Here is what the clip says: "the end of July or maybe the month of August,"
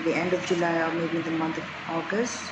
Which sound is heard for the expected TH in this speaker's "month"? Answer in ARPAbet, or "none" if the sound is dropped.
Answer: T